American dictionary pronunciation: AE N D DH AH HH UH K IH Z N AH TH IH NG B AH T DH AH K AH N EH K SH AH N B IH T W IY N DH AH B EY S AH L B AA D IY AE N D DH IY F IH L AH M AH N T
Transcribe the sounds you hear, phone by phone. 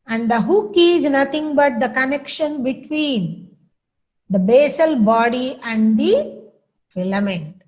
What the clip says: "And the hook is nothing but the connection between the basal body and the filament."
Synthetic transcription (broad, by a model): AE N D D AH HH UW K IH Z N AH T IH NG B AH T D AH K AH N EH K SH AH N B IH T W IY N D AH B EY S AH L B AA D IY AE N D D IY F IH L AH M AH N T